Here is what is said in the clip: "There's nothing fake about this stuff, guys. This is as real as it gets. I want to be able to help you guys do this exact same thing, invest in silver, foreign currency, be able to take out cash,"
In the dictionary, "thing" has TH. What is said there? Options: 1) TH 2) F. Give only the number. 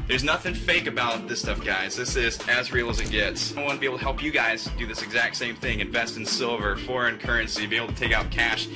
1